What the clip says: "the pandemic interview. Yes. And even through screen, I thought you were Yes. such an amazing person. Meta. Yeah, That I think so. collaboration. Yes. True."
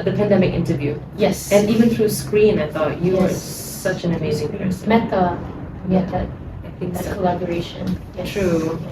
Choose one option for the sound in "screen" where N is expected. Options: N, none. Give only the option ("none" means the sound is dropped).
N